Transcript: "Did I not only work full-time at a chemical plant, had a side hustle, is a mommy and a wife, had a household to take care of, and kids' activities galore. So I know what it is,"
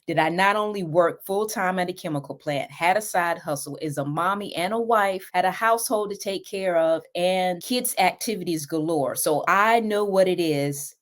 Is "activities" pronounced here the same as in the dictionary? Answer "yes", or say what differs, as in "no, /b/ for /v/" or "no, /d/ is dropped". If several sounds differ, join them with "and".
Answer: yes